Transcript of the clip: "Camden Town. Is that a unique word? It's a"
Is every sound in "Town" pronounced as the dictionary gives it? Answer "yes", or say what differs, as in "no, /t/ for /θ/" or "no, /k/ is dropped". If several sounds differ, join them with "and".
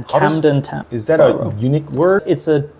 no, /n/ is dropped